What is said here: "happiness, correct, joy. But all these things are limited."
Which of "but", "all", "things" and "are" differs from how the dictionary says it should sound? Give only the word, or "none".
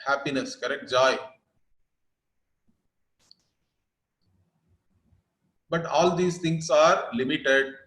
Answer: things